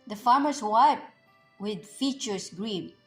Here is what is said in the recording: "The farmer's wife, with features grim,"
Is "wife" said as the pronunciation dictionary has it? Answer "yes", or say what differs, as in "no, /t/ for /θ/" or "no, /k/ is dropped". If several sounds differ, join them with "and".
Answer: no, /p/ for /f/